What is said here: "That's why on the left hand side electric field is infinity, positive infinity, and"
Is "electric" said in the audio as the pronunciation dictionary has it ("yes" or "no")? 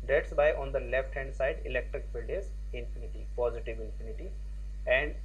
yes